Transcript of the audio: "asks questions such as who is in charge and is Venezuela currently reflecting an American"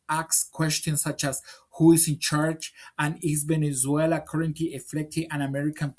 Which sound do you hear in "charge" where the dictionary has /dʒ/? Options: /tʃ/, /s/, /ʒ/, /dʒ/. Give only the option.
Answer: /tʃ/